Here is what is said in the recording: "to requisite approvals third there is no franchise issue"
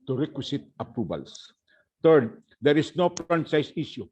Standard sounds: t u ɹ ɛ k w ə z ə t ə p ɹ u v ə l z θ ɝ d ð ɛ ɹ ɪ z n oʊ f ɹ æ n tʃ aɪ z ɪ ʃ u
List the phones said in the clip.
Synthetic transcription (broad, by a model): t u ɹ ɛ k w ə s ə t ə p ɹ u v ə l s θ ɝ d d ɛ ɹ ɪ s n oʊ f ɹ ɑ n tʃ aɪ s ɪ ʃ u